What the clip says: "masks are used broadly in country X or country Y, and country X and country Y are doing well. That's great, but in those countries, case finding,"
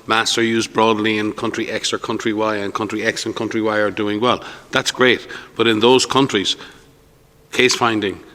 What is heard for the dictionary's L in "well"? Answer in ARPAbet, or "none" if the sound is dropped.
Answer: L